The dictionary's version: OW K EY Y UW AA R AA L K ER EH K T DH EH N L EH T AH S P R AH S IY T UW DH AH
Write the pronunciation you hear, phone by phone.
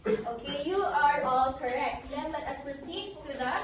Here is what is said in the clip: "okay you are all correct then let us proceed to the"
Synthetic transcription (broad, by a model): OW K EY Y UW AA R AA L K ER EH K T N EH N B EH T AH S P AH S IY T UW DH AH